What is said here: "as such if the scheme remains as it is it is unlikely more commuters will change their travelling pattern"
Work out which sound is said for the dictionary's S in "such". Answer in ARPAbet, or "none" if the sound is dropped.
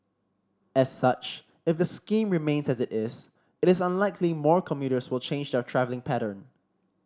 S